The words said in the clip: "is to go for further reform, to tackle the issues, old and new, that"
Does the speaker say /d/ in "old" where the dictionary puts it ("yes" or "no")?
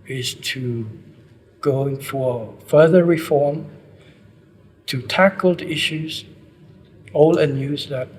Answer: no